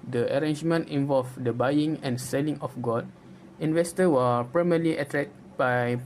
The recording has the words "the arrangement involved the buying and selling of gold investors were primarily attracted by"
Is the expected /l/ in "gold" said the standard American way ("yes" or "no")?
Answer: no